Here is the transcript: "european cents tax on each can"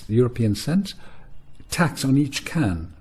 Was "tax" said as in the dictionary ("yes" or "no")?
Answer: yes